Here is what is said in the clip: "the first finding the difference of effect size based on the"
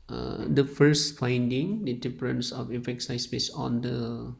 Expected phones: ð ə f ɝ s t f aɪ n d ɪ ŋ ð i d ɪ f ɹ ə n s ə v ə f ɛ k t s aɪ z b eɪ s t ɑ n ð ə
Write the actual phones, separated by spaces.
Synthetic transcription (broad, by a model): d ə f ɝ s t f aɪ n d ɪ ŋ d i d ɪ p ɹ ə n s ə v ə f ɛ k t s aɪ s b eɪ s ɑ n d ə